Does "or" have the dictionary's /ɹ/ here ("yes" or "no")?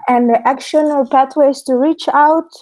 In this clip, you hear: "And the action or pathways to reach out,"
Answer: no